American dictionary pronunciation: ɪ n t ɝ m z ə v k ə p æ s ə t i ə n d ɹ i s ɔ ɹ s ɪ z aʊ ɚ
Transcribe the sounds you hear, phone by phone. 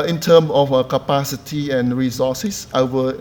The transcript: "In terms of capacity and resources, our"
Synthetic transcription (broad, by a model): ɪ n t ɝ m ə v k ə p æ s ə t i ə n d ɹ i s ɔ s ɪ s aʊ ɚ